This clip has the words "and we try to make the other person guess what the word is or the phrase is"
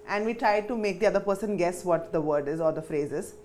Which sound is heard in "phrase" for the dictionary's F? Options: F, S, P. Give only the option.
F